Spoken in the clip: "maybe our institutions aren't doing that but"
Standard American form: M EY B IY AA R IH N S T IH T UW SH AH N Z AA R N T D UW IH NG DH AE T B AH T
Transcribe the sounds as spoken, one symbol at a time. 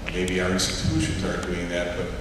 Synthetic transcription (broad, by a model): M EY B IY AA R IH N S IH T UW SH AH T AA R T D UW IH NG DH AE T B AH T